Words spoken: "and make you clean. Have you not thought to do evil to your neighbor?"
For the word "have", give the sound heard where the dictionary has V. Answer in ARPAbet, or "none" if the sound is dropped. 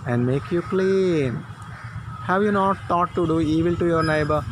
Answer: V